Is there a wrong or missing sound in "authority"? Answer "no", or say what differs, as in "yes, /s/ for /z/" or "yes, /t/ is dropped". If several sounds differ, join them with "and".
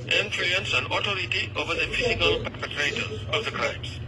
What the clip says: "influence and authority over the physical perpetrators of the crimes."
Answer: yes, /t/ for /θ/